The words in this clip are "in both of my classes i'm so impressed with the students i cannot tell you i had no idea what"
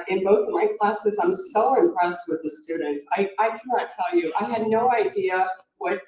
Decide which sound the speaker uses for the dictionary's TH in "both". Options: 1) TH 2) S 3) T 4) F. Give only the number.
1